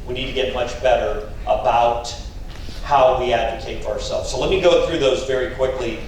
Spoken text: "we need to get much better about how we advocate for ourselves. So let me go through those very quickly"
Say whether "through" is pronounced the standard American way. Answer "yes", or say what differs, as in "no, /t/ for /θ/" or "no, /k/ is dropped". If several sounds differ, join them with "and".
yes